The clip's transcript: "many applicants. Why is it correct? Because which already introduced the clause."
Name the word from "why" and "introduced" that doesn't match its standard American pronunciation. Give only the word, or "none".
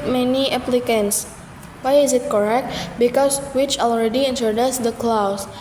introduced